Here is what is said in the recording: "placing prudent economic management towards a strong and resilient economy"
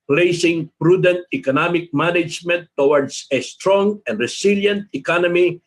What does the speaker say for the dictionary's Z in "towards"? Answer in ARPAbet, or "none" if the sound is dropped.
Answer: S